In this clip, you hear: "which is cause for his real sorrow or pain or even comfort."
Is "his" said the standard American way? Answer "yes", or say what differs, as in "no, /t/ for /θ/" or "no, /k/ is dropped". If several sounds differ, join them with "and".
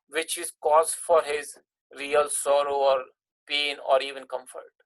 yes